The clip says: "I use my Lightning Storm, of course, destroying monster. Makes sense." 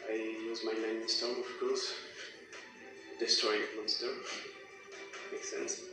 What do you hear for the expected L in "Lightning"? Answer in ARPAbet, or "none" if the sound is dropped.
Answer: N